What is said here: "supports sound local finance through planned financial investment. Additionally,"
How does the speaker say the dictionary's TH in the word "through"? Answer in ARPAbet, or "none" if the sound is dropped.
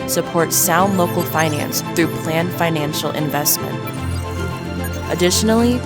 TH